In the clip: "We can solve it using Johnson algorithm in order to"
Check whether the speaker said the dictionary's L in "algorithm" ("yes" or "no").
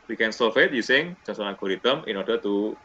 no